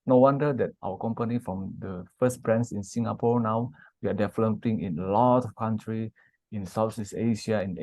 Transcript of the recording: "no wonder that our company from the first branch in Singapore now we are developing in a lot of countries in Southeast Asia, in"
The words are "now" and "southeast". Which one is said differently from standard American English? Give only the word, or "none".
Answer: southeast